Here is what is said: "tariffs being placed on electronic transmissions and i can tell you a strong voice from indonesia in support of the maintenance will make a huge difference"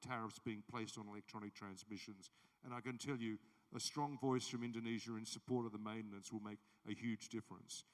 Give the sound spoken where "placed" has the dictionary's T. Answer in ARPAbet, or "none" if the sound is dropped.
T